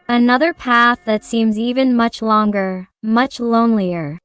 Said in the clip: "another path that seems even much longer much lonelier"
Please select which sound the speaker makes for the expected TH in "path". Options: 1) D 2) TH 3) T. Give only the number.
2